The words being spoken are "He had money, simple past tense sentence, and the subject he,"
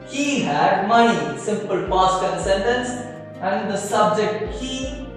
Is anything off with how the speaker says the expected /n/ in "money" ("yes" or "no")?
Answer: yes